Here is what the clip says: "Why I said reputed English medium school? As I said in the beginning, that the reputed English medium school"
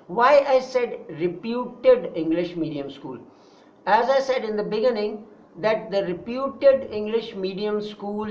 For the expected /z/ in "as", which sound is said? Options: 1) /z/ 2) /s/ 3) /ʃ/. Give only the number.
1